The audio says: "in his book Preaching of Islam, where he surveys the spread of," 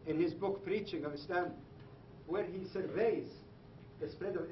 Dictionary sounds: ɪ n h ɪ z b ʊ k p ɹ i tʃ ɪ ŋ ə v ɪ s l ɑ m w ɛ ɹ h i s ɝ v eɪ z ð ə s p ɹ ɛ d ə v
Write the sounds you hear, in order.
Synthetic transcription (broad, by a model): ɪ n h ɪ z b ʊ k p ɹ i tʃ ɪ ŋ ə v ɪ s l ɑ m w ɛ ɹ h i s ɝ v eɪ z ð ə s p ɹ ɛ d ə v